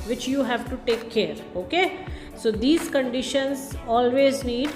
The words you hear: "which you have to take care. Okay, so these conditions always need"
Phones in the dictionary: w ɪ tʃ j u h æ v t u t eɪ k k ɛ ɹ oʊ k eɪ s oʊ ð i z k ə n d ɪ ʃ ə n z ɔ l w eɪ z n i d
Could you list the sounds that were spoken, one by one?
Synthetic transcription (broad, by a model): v ɪ tʃ j u h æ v t u t eɪ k k ɛ ɹ oʊ k eɪ s oʊ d i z k ə n d ɪ ʃ ə n z ɔ l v eɪ z n i d